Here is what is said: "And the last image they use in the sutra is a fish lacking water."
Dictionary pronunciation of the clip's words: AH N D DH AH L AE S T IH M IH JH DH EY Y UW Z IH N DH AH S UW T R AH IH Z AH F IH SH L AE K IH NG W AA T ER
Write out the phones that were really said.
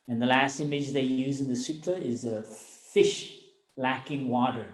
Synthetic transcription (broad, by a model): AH N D DH AH L AE S T IH M IH JH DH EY Y UW Z IH N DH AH S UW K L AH IH Z AH F IH SH L AE K IH NG W AA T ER